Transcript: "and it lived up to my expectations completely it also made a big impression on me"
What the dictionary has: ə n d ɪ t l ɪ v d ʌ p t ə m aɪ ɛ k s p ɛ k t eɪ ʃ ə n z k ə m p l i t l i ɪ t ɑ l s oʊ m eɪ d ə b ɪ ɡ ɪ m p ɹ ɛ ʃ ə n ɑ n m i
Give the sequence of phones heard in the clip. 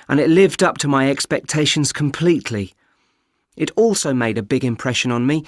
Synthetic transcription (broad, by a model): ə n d ɪ t l ɪ v d ʌ p t ə m aɪ ɛ k s p ɛ k t eɪ ʃ ə n z k ə m p l i t l i ɪ t ɑ l s oʊ m eɪ d ə b ɪ ɡ ɪ m p ɹ ɛ ʃ ə n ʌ n m i